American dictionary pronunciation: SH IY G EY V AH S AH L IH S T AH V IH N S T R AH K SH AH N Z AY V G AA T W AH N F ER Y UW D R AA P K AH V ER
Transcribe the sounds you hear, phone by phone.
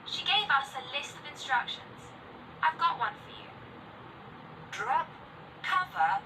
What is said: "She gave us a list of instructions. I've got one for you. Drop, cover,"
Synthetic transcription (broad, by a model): SH IY G EY V AH S AH L IH S T AH V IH N S T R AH K SH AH N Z AY V G AA T W AH N F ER Y UW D R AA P K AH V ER